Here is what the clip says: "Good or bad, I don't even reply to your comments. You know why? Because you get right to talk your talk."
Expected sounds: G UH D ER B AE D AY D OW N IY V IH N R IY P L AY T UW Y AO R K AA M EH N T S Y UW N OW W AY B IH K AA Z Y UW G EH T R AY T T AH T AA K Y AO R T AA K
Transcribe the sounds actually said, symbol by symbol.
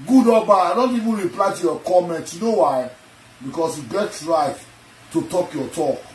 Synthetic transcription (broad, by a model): G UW D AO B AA AY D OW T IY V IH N R IY P L AY T UW Y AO K AA M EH N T Y UW N OW W AY B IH K AA S Y UW G EH T R AY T T AH T AA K Y AO T AA K